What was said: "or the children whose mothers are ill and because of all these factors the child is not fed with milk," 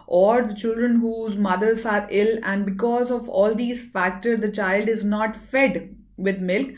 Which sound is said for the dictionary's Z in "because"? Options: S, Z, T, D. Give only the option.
Z